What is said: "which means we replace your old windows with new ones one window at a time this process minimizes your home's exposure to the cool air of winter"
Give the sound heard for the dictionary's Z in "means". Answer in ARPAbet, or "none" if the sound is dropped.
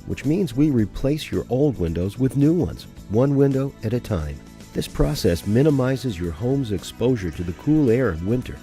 Z